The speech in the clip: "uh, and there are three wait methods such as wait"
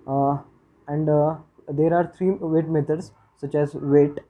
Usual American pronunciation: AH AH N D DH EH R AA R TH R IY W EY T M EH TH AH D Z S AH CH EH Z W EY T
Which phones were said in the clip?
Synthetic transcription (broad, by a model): AH N D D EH R AA R T R IY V EY T M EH T AH D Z S AH CH EH Z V EY T